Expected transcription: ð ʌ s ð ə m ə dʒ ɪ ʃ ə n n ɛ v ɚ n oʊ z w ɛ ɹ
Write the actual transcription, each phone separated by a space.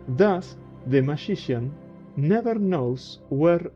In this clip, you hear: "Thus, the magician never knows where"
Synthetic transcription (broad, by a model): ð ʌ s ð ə m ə ʃ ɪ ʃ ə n n ɛ v ɚ n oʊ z w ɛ ɹ